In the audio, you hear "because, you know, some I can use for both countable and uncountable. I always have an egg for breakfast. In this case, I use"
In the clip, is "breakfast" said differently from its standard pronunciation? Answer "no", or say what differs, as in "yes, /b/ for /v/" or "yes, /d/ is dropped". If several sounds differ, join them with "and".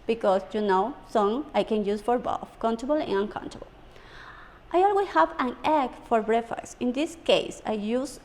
yes, /k/ is dropped and /t/ is dropped